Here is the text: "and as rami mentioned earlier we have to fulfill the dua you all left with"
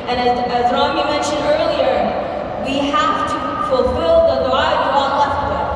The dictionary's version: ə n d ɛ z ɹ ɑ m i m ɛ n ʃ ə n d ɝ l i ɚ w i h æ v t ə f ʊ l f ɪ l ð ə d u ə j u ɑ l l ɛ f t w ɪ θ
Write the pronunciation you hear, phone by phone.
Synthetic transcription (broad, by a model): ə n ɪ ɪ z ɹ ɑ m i m ɛ n ʃ ə n d ɝ l i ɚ w i h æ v t ə f ʊ l f ɪ l ð ə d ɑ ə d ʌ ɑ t l ɛ f t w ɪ